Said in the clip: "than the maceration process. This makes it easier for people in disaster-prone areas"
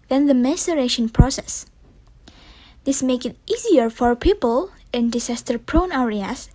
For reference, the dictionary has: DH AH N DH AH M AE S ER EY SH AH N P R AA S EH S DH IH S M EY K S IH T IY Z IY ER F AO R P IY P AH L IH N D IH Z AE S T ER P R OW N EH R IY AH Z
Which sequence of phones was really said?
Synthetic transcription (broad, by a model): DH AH N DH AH M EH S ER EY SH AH N P R AA S EH S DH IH S M EY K IH T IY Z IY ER F AO R P IY P AH L IH N D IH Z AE S T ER P R OW N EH R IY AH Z